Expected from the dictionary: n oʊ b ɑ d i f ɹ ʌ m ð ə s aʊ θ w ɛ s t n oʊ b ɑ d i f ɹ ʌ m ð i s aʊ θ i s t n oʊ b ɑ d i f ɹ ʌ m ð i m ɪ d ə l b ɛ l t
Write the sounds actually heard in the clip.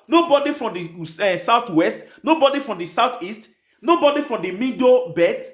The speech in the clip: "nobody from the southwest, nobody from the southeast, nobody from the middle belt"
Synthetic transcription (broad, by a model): n oʊ b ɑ d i f ɹ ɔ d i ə s aʊ t w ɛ s t n oʊ b ɑ d i f ɹ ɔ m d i s aʊ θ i s t n oʊ b ɑ d i f ɹ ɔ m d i m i d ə b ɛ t